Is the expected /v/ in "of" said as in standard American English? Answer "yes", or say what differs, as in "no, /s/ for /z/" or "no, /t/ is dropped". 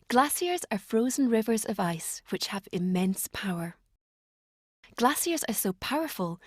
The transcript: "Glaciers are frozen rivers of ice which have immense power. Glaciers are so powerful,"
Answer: yes